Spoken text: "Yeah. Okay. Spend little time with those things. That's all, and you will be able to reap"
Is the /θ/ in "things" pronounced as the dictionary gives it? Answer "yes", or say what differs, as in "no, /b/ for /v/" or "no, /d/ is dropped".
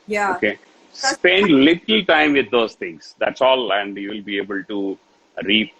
no, /t/ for /θ/